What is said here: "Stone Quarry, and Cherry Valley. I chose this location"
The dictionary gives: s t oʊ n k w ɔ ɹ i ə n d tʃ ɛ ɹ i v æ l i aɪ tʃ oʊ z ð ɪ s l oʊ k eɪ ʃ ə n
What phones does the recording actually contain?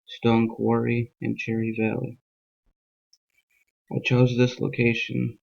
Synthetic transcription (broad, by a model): s t oʊ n k w ɔ ɹ i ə n tʃ ɛ ɹ i v æ l i aɪ tʃ oʊ z ð ɪ s l oʊ k eɪ ʃ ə n